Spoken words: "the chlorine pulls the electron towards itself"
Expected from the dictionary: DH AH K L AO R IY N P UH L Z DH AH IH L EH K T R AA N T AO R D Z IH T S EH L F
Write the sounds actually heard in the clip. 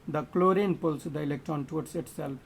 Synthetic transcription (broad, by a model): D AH K L AO R IY N P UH L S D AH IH L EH K T AA N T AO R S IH T S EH L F